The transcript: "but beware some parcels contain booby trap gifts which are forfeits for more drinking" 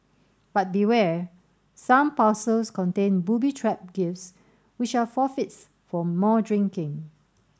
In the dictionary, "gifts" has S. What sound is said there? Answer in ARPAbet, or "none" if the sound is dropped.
S